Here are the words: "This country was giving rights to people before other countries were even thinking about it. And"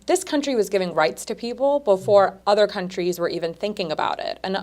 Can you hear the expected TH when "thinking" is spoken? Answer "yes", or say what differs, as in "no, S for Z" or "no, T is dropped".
yes